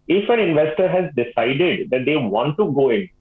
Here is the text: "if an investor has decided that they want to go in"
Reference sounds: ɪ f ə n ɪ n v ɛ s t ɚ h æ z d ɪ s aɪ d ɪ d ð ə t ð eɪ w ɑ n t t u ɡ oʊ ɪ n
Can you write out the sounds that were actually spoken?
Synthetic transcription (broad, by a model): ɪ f ə n ɪ n v ɛ s t ɚ h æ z d ɪ s aɪ d ɪ d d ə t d eɪ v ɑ n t t u ɡ oʊ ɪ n